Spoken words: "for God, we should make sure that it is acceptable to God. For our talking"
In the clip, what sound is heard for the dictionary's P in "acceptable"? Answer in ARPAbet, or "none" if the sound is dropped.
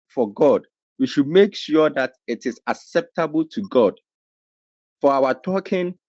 P